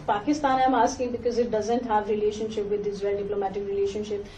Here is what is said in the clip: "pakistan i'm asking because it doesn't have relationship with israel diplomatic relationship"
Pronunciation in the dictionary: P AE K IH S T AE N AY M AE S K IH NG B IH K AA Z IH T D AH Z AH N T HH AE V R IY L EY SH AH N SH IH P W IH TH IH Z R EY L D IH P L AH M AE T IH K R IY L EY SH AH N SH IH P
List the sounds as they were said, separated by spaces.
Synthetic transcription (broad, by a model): P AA K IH S T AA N AY M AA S K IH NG B IH K AA Z IH T D AH Z AH N T HH AE V R IY L EY SH AH N SH IH P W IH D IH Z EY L D IH P L AH M AE T IH K R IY L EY SH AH N SH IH P